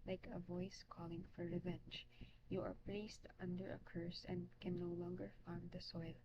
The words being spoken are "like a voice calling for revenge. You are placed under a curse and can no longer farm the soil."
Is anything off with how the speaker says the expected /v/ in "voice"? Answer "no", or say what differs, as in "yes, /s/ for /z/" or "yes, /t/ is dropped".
no